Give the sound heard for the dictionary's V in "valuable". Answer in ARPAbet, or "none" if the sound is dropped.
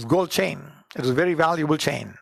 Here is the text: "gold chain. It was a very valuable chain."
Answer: V